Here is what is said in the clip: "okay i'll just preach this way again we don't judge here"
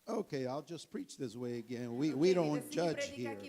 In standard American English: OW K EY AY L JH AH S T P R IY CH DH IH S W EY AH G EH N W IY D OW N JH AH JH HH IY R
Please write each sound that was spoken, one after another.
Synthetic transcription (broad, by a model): OW K EY AY L JH AH S P R IY CH DH IH S W EY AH G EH N W IY D OW N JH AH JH HH IY R